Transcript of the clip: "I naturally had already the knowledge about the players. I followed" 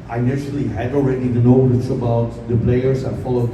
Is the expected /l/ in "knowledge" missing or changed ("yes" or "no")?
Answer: yes